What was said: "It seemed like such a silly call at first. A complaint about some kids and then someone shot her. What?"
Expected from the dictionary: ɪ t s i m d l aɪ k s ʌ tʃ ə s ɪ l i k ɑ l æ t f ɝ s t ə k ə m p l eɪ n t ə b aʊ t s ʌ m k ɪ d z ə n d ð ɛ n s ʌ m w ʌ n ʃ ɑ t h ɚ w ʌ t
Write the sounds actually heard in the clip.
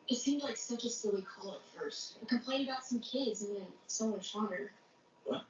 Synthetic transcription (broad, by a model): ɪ t s i m d l aɪ k s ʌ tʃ ə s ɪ w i k ɑ l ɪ t f ɝ s t ə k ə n p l eɪ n ə b aʊ t s ʌ m k ɪ d z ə n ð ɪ n s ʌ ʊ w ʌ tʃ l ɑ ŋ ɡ ʌ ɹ